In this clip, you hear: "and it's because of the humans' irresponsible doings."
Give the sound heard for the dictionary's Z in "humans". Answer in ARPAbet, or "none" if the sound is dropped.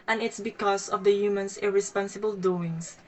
S